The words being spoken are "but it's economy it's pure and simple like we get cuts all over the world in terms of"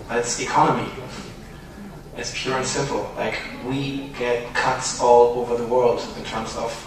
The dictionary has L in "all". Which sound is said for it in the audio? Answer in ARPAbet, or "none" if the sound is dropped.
L